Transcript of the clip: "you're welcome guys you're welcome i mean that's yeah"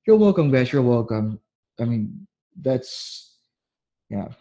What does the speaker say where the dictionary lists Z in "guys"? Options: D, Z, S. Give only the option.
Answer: S